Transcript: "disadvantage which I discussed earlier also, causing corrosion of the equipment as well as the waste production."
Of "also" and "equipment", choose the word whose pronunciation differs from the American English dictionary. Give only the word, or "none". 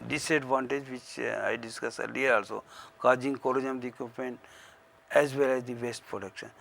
equipment